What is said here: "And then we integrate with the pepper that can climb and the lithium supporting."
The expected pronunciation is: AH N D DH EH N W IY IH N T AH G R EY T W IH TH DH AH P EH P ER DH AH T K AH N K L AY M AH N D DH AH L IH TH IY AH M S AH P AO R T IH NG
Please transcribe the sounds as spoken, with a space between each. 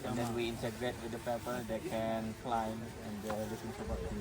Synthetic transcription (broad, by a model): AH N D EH N W IY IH N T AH G R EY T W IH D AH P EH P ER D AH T K AH N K L AY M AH N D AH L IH S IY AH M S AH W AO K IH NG